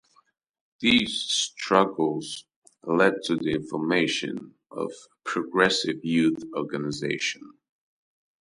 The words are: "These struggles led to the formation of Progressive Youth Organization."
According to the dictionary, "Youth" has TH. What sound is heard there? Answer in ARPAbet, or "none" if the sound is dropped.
TH